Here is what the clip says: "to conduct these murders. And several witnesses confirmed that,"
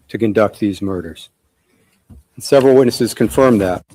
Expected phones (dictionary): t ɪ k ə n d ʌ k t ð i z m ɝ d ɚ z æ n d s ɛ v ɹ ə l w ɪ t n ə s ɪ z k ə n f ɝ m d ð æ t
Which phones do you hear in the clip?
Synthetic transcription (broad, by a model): t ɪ k ə n d ʌ k t ð i z m ɝ d ɚ z n s ɛ v ɹ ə l w ɪ t n ə s ɪ z k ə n f ɝ m ð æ t